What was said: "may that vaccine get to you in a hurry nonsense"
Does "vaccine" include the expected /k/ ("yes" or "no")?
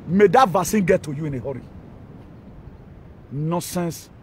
no